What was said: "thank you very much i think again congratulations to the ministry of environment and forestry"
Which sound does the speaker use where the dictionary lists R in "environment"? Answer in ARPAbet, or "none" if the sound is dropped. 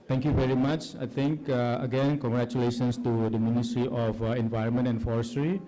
R